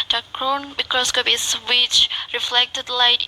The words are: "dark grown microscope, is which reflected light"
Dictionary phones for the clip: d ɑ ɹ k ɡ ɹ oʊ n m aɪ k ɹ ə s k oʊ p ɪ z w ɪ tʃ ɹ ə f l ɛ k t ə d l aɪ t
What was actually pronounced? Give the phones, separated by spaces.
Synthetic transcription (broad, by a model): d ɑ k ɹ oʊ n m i k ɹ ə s k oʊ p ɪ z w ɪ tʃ ɹ ə f l ɛ k t ə d l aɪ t